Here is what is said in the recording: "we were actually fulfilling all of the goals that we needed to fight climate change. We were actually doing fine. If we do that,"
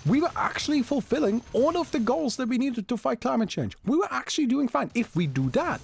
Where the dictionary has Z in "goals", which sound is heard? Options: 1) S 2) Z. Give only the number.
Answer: 2